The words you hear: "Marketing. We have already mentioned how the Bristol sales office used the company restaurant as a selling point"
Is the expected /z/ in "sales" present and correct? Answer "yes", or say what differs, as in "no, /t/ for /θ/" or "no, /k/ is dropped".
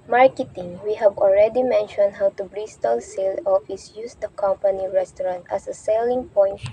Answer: no, /z/ is dropped